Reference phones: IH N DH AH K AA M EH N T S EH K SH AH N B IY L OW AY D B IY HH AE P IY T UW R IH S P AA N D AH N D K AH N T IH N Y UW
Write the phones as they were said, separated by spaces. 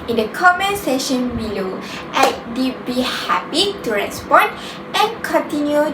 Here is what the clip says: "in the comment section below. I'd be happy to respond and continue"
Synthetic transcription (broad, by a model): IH N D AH K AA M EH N S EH SH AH N B IY L OW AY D B IY HH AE P IY T UW R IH S P AA N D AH N K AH N T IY N Y UW